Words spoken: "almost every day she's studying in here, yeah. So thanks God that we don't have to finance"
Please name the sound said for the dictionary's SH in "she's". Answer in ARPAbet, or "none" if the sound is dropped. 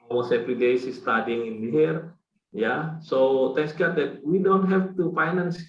S